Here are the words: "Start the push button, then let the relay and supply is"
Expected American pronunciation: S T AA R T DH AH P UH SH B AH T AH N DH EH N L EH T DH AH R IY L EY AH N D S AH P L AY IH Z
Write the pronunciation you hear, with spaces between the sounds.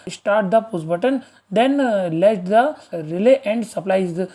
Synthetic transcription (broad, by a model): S T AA R T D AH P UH S B AH T AH N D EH N L EH T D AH R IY L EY AH N D S AH P L AY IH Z